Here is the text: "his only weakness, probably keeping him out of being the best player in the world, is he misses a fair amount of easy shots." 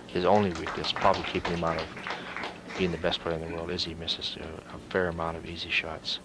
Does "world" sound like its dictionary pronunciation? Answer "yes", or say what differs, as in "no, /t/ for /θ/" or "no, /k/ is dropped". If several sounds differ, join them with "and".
yes